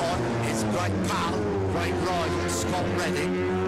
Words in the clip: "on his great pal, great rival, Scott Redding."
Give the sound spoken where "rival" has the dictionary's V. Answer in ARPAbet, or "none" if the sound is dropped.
none